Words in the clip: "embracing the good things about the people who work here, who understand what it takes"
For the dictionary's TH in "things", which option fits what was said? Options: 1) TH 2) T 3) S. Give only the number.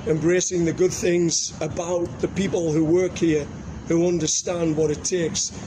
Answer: 1